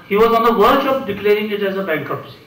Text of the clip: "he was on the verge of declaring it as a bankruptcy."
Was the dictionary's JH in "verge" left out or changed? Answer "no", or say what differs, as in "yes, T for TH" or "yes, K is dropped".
yes, SH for JH